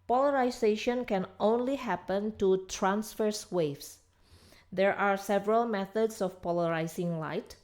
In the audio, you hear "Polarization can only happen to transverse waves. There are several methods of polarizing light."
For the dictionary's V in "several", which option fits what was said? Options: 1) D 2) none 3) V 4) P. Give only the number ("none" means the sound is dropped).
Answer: 3